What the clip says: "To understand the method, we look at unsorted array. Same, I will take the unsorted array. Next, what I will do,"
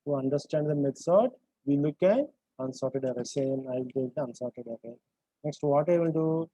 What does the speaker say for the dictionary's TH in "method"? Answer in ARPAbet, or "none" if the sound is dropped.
S